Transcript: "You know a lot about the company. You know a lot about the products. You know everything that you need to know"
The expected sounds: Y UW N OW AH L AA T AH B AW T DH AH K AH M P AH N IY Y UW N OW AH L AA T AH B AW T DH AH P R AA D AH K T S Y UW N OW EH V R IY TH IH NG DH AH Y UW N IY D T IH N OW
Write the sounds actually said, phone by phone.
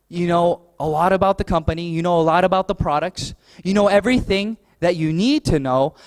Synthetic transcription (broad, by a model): Y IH N OW AH L AA T AH B AW T DH AH K AH M P AH N IY Y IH N OW AH L AA T AH B AW T DH AH P R AA D AH K T S Y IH N OW EH V R IY TH IH NG DH AH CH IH N IY D T IH N OW